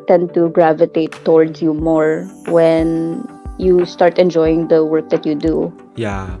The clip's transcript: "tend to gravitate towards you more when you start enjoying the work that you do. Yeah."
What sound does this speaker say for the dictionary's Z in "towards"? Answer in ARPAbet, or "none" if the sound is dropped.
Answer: S